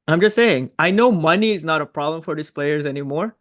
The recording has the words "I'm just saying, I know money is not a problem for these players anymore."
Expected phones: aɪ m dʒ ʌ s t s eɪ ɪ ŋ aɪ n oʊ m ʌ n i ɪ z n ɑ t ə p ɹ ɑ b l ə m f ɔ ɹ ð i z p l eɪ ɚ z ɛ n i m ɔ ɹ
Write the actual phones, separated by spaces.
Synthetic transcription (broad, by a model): aɪ m dʒ ʌ s t s eɪ ɪ ŋ aɪ n oʊ m ʌ n i ɪ z n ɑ t ə p ɹ ɑ b l ə m f ɔ ɹ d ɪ s p l eɪ ɚ z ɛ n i m ɔ ɹ